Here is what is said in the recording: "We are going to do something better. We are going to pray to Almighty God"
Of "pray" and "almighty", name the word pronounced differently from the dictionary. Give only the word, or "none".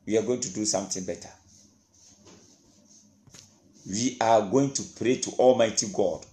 none